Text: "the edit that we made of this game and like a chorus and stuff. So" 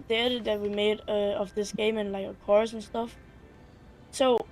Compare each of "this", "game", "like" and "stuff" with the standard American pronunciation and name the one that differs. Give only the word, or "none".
none